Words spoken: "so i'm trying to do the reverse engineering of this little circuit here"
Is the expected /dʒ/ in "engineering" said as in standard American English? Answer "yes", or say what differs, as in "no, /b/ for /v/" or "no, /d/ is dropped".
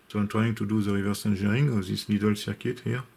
no, /ʒ/ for /dʒ/